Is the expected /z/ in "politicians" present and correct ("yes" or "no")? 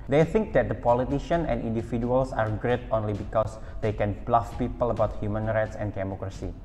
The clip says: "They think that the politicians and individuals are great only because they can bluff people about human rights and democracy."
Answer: no